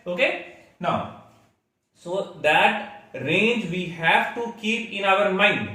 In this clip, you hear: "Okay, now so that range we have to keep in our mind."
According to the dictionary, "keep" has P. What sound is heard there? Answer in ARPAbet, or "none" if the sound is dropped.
P